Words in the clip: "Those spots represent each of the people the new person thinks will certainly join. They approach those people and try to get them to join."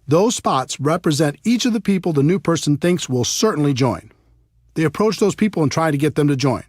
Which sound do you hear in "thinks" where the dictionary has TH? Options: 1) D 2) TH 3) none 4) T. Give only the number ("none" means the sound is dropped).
2